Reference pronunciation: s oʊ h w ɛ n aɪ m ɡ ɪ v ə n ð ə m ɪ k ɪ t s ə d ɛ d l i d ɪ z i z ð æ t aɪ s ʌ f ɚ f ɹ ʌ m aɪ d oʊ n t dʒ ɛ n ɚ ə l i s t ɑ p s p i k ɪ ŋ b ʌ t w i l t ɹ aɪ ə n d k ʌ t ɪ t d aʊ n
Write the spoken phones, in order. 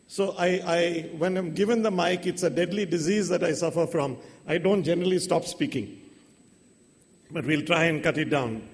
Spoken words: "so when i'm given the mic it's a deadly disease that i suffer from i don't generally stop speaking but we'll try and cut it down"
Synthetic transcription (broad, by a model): s oʊ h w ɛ n aɪ m ɡ ɪ v ə n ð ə m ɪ k ɪ t s ə d ɛ d l i d ɪ z i z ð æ t aɪ s ʌ f ɚ f ɹ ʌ m aɪ d oʊ n t dʒ ɛ n ɚ ə l i s t ɑ p s p i k ɪ ŋ b ʌ t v i l t ɹ aɪ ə n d k ʌ t ɪ t d aʊ n